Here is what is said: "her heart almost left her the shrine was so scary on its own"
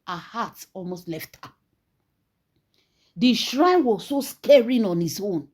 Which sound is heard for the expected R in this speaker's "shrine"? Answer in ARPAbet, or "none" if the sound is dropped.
R